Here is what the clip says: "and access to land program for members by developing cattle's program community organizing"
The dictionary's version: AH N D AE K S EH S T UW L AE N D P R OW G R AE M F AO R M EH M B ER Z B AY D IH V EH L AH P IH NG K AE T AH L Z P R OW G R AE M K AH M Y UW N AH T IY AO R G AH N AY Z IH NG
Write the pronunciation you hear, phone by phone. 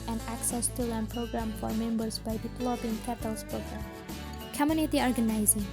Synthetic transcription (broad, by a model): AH N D AE K S EH S T UW L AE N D P R OW G R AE M F AO R M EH M B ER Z B AY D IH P L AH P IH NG K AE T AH L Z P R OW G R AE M K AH M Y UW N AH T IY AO R G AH N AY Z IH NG